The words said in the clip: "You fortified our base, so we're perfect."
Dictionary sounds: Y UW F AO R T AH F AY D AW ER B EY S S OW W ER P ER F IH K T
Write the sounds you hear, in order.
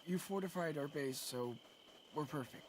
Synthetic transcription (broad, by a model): Y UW F AO R T AH F AY D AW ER B EY S S OW W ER P ER F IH K T